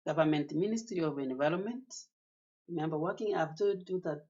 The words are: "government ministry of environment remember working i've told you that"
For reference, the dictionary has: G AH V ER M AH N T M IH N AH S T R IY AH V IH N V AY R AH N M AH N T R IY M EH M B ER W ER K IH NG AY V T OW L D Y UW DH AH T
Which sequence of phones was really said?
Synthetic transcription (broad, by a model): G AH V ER M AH N T M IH N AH S T R IY AH V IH N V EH L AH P M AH N T R IY M EH M B ER W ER K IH NG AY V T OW D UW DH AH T